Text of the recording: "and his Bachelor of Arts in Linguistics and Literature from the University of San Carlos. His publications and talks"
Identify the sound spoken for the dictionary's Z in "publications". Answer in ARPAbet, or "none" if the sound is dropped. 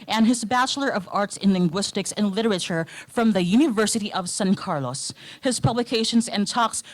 Z